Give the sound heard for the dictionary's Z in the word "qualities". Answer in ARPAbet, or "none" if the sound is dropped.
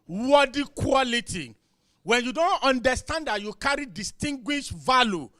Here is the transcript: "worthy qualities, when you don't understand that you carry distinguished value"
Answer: none